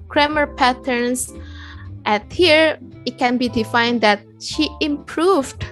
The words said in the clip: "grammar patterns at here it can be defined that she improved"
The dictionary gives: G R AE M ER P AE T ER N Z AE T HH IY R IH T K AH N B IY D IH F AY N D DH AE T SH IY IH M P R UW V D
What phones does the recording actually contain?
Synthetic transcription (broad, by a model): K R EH M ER P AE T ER N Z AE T HH IY R IH T K AH N B IY D IH F AY N D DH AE T SH IY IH M P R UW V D